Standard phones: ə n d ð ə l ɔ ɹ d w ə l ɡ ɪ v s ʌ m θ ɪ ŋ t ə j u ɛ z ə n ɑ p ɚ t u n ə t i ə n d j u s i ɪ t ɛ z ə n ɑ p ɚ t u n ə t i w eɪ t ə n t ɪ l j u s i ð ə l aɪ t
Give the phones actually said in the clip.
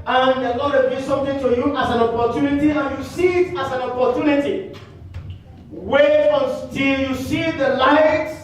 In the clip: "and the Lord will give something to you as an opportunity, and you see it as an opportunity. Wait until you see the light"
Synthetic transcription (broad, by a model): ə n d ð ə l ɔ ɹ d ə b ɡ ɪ s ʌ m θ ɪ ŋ t ə j u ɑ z ə n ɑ p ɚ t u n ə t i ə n j u s i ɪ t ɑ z ə n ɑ p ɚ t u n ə t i w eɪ ə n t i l j u s i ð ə l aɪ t